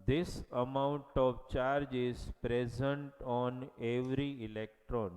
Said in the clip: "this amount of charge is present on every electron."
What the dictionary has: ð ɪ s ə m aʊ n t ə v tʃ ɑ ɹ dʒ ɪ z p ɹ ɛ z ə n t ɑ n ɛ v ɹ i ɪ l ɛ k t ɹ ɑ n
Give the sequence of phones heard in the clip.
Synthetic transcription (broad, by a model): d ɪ s ə m aʊ n t ə v tʃ ɑ ɹ dʒ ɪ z p ɹ ɛ z ə n t ɑ n ɛ v ɹ i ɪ l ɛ k t ɹ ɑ n